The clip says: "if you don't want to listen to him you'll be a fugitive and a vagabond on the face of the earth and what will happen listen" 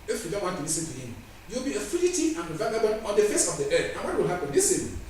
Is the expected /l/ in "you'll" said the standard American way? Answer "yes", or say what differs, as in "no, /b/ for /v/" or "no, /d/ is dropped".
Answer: no, /w/ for /l/